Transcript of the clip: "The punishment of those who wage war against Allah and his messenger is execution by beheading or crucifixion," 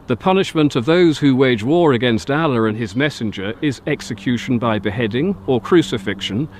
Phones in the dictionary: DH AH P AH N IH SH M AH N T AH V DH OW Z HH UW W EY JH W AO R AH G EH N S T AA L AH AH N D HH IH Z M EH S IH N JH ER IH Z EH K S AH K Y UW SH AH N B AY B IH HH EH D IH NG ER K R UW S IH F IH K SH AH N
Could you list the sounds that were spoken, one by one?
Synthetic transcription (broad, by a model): DH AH P AH N IH SH M AH N T AH V DH OW Z HH UW W EY JH W AO R AH G EH N S T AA L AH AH N IH Z M EH S IH N JH ER IH Z EH K S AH K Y UW SH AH N B AY B IH HH EH D IH NG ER K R UW S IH F IH K SH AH N